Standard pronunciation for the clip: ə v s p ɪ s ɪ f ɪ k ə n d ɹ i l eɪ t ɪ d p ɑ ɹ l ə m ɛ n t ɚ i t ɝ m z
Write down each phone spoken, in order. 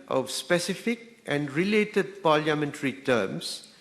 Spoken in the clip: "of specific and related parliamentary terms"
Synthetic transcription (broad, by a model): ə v s p ɪ s ɪ f ɪ k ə n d ɹ i l eɪ t ɪ d p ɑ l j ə m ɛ n t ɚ i t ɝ m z